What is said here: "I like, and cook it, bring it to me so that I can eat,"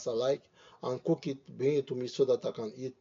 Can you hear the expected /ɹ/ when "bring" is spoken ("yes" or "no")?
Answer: no